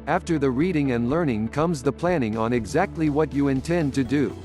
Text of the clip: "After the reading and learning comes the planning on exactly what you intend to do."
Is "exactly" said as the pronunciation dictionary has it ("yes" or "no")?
yes